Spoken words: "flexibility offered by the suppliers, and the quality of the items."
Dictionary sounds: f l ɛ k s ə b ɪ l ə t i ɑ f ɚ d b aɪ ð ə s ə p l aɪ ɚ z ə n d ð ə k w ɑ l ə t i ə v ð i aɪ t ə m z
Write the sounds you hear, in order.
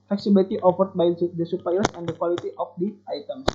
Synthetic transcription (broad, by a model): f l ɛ k s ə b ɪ l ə t i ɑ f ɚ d b aɪ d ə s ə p aɪ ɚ s ə n d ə k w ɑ l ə t i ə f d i aɪ t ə m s